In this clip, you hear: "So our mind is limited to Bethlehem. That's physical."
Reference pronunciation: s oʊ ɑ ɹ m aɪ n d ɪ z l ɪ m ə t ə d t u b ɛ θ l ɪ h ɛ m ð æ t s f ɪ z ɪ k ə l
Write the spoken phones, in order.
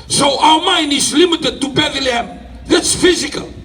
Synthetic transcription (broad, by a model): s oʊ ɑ l m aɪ n ɪ s l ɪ m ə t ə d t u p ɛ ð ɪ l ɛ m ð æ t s f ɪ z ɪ k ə l